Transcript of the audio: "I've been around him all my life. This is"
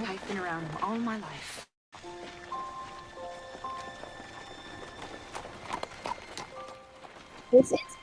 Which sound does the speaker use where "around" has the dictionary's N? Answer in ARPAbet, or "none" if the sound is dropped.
N